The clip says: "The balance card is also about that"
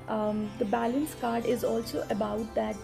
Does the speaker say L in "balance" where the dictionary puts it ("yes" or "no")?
yes